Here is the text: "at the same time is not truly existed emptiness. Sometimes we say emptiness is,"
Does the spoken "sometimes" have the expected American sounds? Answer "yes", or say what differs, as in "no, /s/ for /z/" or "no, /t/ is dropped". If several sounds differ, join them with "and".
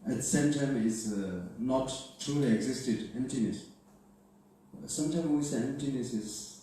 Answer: no, /z/ is dropped